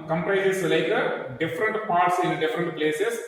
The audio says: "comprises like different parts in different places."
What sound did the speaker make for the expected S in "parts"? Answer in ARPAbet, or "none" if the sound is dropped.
S